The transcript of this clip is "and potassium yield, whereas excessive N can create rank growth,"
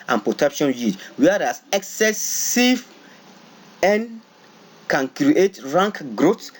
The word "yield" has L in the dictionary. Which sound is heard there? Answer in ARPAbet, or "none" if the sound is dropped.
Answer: none